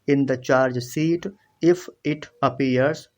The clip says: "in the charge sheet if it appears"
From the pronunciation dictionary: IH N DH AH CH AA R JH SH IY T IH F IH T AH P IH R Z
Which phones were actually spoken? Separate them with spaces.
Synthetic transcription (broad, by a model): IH N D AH CH AA R JH S IY T IH F IH T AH P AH R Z